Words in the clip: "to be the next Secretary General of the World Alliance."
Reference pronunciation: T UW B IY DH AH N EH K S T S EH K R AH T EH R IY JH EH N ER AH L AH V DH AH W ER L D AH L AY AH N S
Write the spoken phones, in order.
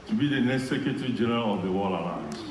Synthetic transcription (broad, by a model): T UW B IY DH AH N EH K S T S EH K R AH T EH R IY JH EH N ER AH L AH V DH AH W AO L AH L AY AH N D